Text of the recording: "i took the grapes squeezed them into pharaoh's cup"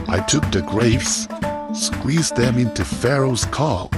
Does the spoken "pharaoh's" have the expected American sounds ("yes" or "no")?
yes